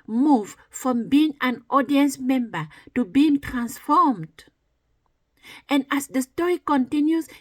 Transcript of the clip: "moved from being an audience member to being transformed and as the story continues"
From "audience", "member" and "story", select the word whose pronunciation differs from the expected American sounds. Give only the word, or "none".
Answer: none